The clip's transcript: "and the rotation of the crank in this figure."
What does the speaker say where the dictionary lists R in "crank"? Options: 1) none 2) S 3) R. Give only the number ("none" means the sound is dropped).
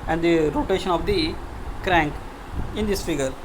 3